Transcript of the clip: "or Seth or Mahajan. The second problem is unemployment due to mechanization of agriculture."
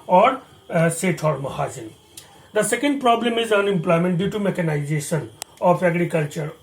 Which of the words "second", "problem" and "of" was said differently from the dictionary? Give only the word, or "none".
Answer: of